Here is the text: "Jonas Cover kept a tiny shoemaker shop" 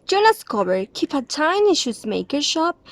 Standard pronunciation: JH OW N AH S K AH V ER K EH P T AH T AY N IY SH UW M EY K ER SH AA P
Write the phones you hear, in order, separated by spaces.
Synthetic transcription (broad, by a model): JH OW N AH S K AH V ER K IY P AH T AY N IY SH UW M EY K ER SH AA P